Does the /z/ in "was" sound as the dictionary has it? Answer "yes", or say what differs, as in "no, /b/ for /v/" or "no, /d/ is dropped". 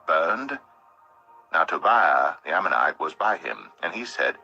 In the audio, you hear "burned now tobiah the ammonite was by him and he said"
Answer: yes